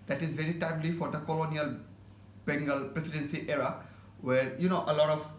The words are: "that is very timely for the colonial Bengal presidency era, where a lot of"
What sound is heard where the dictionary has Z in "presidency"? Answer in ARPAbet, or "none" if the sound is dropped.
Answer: S